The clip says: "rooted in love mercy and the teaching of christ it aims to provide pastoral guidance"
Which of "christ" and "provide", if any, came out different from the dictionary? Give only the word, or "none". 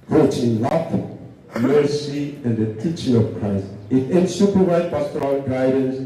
provide